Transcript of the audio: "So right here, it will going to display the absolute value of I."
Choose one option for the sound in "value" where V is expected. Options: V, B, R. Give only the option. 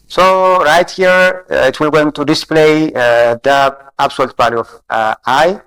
B